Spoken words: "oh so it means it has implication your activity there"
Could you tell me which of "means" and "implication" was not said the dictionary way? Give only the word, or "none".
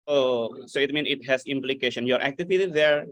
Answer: means